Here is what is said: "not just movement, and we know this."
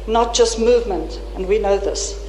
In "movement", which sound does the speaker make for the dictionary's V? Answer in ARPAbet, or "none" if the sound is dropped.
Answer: V